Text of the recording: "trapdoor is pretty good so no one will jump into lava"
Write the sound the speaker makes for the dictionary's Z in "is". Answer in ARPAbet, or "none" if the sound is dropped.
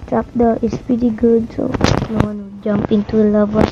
S